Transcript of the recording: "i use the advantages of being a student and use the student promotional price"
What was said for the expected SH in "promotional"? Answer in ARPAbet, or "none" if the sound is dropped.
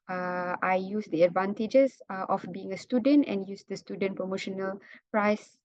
SH